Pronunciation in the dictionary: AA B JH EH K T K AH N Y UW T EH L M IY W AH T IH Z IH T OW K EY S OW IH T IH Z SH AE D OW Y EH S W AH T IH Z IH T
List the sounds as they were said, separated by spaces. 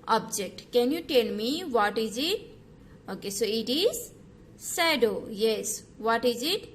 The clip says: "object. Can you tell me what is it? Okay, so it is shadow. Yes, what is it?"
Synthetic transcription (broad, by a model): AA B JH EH K T K AH N Y UW T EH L M IY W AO T IH Z IH T OW K EY S OW IH T IH Z S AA D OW Y EH S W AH T IH Z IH T